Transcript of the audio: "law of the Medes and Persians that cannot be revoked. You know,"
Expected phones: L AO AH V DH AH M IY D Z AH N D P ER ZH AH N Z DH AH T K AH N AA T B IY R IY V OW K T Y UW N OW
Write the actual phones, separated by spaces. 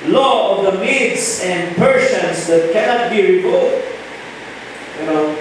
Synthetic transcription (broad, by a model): L AO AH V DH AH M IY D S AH N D P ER S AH N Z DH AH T K AH N AA T B IY R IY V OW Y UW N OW